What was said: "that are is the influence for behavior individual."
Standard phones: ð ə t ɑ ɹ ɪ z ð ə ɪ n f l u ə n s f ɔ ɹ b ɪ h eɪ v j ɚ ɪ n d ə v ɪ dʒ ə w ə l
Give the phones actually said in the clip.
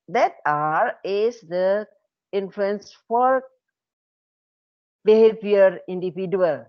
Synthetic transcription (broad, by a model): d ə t ɑ ɹ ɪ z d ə ɪ n f l u ə n s f ɔ ɹ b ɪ h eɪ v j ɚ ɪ n d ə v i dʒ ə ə l